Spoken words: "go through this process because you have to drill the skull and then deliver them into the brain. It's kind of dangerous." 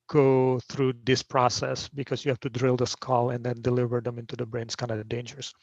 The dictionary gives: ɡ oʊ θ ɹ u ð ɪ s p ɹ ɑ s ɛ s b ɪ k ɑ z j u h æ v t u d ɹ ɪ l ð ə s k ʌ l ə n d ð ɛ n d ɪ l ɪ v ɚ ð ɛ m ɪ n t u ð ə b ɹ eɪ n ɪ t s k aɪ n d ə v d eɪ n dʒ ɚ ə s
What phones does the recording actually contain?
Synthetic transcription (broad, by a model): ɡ oʊ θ ɹ u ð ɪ s p ɹ ɑ s ɛ s b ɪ k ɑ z j u h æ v t u d ɹ ɪ l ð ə s k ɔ l ə n d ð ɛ n d ɪ l ɪ v ɚ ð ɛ m ɪ n t u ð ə b ɹ eɪ n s k aɪ n d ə d eɪ n dʒ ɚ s